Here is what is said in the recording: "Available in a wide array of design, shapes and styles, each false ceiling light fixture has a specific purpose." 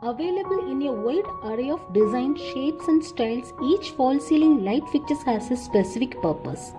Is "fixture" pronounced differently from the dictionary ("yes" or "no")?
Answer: yes